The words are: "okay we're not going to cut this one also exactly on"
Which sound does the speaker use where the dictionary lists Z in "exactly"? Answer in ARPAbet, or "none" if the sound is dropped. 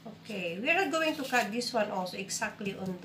S